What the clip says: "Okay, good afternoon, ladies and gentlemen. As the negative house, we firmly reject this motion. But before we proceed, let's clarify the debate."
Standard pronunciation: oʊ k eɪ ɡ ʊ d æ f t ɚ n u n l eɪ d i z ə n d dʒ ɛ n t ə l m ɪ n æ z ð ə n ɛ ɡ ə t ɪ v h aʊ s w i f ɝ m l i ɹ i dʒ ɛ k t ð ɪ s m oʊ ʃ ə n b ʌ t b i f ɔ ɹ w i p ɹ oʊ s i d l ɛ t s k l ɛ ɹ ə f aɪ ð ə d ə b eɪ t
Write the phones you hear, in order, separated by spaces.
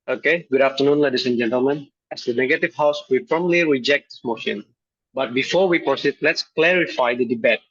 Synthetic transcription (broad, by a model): oʊ k eɪ ɡ ʊ d æ f t ɚ n u n l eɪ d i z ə n dʒ ɛ n t ə l m ɪ n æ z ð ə n ɛ ɡ ə t ɪ v h aʊ s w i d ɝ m l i ɹ i dʒ ɛ k t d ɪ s m oʊ ʃ ə n b ʌ t b i f ɔ ɹ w i p ɹ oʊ s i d l ɛ t s k l ɛ ɹ ə f aɪ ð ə d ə b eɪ t